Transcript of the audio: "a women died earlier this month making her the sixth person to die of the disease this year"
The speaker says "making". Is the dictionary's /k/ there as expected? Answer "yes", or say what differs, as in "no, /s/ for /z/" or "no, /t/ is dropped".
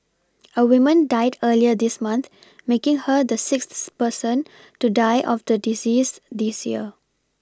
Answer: yes